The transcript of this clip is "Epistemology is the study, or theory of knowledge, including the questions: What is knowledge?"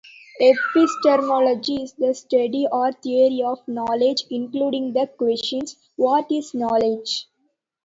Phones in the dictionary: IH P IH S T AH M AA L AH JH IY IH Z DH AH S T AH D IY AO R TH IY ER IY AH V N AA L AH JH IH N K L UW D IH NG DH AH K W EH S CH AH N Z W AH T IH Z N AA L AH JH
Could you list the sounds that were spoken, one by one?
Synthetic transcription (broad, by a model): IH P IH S T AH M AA L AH JH IY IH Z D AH S T AH D IY AO R T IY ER IY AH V N AA L AH JH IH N K L UW D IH NG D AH K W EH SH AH N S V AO T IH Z N AA L AH JH